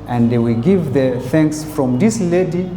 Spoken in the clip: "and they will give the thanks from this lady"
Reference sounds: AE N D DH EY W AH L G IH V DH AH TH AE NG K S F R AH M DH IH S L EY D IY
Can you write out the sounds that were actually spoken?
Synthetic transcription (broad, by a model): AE N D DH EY W AH L G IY V DH AH TH AE NG K S F R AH M DH IH S L EY D IY